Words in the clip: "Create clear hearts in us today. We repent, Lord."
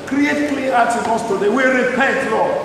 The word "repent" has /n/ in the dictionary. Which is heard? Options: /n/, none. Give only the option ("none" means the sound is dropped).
none